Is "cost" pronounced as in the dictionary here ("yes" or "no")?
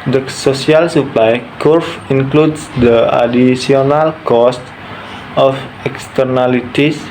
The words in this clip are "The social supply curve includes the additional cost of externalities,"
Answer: yes